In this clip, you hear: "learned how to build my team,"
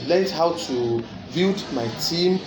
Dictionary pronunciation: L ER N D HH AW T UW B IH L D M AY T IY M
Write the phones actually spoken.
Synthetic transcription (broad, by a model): L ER N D HH AW T UW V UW D M AY T IY M